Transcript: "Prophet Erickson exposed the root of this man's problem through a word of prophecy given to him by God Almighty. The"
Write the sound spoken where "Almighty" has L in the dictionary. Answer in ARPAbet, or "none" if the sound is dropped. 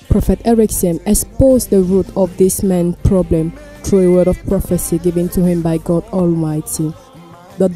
L